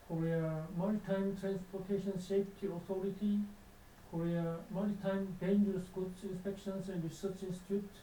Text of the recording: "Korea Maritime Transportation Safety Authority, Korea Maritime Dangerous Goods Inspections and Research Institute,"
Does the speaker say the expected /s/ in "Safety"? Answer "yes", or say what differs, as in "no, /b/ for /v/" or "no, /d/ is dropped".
no, /ʃ/ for /s/